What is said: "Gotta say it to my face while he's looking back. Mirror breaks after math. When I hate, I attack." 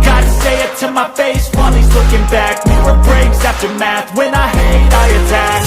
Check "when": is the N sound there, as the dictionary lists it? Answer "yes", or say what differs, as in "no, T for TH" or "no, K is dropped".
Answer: yes